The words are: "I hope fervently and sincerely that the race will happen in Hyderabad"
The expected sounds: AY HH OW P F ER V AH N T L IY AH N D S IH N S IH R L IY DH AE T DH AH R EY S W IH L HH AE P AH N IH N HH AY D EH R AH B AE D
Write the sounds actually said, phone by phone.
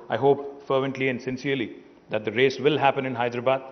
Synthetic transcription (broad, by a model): AY HH OW P F ER V AH N T L IY AH N D S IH N S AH R L IY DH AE T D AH R EY S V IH L HH AE P AH N IH N HH AY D R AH B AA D